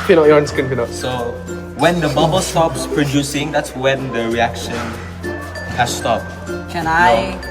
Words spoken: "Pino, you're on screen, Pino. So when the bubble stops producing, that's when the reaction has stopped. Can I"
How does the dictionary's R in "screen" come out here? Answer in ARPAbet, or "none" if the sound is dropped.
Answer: none